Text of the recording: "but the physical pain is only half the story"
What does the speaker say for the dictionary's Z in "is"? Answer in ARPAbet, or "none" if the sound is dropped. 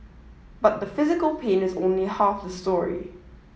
Z